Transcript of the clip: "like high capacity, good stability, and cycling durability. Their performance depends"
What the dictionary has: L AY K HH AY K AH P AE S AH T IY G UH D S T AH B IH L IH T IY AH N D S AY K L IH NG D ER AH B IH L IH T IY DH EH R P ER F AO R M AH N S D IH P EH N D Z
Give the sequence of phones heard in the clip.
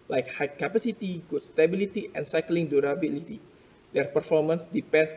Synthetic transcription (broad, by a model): L AY K HH AY K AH P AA S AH T IY G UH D S T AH B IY L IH T IY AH N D S AY K L IH NG D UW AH B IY L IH T IY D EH R P ER F AO R M AH N S D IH P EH N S